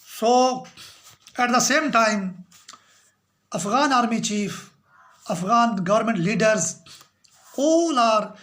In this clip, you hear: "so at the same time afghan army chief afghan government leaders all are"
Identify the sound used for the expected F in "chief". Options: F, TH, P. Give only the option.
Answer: F